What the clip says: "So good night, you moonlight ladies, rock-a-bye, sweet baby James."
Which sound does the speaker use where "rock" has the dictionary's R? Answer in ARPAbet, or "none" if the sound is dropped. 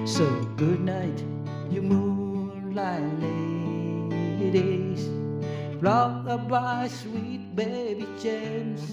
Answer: L